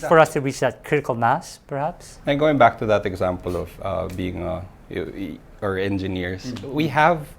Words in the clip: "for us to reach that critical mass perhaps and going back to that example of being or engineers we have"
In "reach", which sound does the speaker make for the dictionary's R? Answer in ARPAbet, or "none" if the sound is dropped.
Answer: W